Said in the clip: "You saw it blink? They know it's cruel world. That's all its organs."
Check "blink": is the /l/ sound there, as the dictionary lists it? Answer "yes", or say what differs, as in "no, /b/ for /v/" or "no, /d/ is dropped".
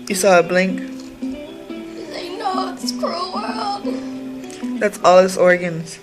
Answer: yes